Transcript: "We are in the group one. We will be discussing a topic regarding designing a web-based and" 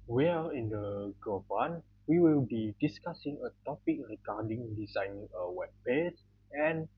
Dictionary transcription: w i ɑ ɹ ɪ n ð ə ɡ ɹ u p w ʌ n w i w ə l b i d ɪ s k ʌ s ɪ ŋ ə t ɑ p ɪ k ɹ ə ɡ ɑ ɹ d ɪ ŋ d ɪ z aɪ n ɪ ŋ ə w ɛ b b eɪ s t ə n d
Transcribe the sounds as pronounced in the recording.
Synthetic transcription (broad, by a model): w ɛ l ɪ n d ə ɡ ɔ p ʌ n w i w ə l b i d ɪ s k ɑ s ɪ ŋ ə t ɑ p ɪ k ɹ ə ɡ ɑ d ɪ ŋ d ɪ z aɪ n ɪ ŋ ə w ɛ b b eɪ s ə n